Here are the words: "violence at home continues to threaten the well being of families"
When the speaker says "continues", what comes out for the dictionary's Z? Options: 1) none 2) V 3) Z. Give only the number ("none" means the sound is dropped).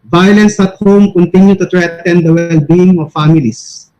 1